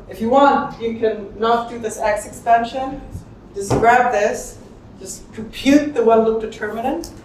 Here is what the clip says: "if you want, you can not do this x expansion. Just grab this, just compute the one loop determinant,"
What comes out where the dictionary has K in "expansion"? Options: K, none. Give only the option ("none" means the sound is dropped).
K